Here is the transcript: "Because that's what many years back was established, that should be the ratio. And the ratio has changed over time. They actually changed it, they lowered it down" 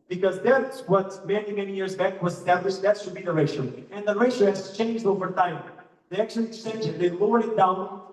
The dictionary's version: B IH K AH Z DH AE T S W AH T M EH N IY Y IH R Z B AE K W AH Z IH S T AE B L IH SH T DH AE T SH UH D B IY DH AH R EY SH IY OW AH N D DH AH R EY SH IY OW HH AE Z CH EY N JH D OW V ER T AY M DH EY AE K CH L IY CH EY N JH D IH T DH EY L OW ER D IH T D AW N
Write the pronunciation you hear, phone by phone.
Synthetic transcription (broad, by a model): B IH K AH Z DH AE T S W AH T M EH N IY Y IH R Z B AE K W AH Z S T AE B L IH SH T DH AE T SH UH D B IY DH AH R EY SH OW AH N DH AH R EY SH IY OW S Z CH EY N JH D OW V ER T AY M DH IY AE K SH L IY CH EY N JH IH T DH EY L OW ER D IH T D AW N